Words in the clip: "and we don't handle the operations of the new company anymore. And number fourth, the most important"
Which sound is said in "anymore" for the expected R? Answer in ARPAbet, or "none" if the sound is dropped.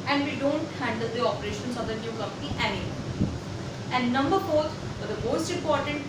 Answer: L